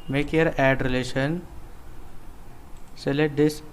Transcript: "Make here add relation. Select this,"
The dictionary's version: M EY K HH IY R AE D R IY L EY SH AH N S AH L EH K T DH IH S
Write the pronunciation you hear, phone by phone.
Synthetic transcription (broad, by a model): M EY K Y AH R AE D R IY L EY SH AH N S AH L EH T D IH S